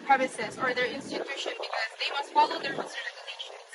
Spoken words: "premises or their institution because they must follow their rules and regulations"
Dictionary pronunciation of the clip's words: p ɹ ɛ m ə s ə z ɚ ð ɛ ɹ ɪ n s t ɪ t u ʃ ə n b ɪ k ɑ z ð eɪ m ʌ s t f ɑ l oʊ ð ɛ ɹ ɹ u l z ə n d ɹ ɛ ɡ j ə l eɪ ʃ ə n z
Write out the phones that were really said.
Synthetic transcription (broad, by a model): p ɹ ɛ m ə s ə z ɚ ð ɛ ɹ ɪ n s t ɪ t u ʃ ə n b ɪ k ɑ z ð eɪ m ʌ s t f ɑ l oʊ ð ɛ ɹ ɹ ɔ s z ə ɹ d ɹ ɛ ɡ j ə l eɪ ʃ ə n